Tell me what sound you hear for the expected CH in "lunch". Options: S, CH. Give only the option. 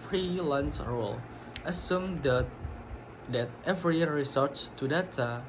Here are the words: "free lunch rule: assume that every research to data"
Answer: S